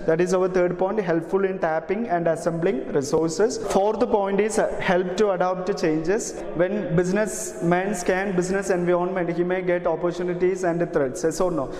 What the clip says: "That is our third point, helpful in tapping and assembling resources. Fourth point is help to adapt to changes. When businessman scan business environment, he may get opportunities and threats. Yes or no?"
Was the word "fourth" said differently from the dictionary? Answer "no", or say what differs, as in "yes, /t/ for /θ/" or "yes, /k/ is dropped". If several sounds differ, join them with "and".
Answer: yes, /t/ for /θ/